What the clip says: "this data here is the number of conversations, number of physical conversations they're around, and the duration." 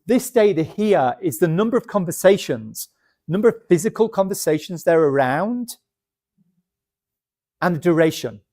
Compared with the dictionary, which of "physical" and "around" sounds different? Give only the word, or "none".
none